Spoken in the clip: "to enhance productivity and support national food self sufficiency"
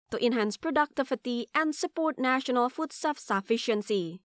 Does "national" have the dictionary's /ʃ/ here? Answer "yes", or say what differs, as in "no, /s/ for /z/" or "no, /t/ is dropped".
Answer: yes